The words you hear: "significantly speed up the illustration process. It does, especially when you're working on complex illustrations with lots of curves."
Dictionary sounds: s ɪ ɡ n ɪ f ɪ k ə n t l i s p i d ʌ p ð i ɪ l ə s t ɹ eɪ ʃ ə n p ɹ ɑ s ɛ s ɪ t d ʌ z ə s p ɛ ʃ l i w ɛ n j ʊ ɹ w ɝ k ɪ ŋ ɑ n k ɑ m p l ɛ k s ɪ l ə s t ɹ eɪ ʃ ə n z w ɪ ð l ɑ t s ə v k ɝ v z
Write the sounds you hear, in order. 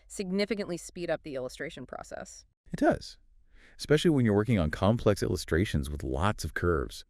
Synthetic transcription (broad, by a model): s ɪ ɡ n ɪ f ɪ k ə n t l i s p i d ʌ p ð i ɪ l ə s t ɹ eɪ ʃ ə n p ɹ ɑ s ɛ s ɪ t d ʌ z ə s p ɛ ʃ l i w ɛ n j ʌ ɹ w ɝ k ɪ ŋ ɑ n k ɑ m p l ɛ k s ɪ l ə s t ɹ eɪ ʃ ə n z w ɪ ð l ɑ t s ə v k ɝ v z